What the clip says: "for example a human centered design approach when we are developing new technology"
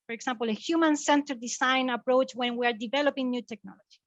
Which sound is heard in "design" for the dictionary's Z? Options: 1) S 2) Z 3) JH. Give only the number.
1